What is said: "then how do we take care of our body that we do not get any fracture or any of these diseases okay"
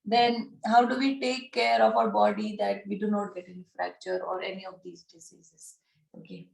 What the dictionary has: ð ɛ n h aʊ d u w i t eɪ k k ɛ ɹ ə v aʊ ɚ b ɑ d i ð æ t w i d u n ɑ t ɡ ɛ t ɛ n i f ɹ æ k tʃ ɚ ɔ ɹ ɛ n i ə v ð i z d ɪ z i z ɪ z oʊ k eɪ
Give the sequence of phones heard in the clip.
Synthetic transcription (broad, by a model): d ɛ n h aʊ d u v i t eɪ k k ɛ ɹ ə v aʊ ɚ b ɑ d i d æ t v i d u n ɑ t ɡ ɛ t ɛ n i f ɹ æ k tʃ ɚ ɔ ɹ ɛ n i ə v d i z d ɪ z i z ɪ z oʊ k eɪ